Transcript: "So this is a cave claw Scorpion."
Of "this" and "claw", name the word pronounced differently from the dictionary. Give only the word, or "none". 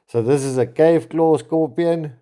none